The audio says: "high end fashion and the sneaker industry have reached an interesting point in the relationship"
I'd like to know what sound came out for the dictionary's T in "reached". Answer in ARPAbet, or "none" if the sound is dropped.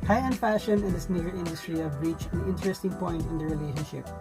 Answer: none